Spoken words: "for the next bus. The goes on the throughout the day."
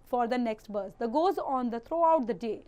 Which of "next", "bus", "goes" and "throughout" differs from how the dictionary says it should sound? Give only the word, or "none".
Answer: throughout